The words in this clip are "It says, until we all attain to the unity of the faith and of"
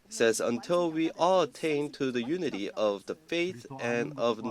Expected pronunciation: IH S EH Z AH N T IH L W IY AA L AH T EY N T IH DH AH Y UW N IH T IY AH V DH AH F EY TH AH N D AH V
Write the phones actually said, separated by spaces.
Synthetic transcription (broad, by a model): S EH Z AH N T IH L W IY AA L AH T EY N T IH DH AH Y UW N IH T IY AH V DH AH F EY TH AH N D AH V